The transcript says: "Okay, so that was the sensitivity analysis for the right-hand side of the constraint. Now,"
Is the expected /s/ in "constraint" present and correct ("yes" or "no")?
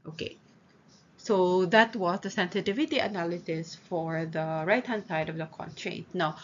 no